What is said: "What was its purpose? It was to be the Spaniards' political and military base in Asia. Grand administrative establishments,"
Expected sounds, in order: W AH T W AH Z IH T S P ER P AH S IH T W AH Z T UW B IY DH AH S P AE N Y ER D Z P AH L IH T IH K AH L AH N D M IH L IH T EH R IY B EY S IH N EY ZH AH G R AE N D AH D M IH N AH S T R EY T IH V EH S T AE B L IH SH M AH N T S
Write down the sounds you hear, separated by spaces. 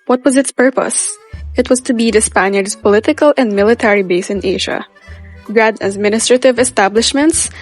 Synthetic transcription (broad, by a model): W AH T W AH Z IH T S P ER P AH S IH T W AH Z T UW B IY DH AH S P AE N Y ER D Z P AH L IH T IH K AH L AH N D M IH L IH T EH R IY B EY S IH N EY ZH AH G R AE D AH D M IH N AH S T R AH T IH V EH S T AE B L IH SH M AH N T S